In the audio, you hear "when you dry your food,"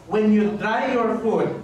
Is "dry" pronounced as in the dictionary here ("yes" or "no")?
no